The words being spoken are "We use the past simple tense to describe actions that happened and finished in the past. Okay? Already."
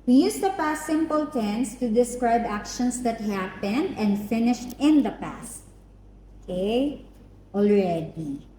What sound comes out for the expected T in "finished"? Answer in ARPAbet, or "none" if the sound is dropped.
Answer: T